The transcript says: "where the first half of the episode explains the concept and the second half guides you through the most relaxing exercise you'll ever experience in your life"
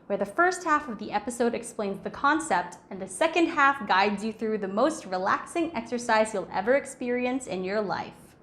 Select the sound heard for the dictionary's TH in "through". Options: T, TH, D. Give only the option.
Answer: TH